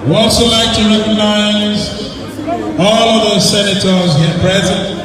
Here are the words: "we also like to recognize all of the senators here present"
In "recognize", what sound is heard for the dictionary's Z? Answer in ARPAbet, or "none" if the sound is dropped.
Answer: Z